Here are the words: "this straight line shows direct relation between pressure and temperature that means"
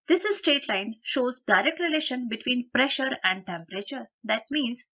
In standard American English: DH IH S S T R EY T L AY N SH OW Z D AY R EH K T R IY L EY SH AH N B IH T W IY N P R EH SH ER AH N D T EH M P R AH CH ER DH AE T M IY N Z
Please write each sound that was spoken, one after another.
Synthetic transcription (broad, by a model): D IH S S T EY T L AY N SH OW Z D AY R EH K T R IY L EY SH AH N B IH T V IY N P R EH SH ER AH N D T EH M P R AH CH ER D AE T M IY N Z